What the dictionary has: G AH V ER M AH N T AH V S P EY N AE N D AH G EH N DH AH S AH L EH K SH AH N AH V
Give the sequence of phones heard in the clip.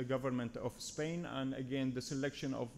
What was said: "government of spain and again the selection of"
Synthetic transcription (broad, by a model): G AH V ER M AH N T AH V S P EY N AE N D AH G EH N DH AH S AH L EH K SH AH N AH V